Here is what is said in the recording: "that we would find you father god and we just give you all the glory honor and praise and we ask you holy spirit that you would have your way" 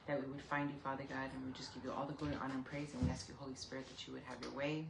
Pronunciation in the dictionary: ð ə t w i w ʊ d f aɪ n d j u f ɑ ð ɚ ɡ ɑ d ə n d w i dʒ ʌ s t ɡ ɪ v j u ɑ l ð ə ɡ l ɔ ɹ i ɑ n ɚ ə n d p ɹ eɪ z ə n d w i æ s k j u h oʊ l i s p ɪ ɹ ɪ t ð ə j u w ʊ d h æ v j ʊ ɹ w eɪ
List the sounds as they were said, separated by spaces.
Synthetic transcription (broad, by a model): ð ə t w i w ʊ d f aɪ n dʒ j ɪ f ɑ ð ɚ ɡ ɑ d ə n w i dʒ ʌ s ɡ ɪ v j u ɑ l ð ə ɡ ʊ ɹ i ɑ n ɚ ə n p ɹ eɪ z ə n w i æ s k j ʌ h oʊ l i s p ɪ ɹ ɪ t ð ə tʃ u w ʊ d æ v j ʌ ɹ w eɪ